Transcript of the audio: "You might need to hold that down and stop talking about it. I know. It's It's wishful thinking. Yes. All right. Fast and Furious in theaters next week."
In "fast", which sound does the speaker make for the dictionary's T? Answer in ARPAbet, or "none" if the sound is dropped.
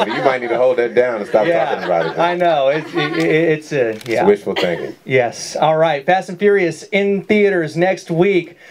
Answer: none